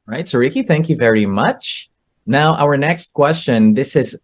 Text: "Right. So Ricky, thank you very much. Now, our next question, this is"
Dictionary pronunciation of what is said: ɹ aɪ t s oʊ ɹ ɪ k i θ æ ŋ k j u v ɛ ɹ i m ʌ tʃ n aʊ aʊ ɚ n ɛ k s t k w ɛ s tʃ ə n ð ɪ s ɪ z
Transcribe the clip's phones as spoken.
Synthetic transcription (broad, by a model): ɹ aɪ t s oʊ ɹ ɪ k i θ æ ŋ k j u v ɛ ɹ i m ʌ tʃ n aʊ aʊ ɚ n ɛ k s t k w ɛ s tʃ ə n ð ɪ s ɪ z